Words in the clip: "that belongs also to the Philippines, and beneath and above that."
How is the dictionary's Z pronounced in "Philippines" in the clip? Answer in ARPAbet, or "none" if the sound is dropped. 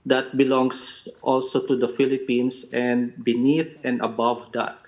S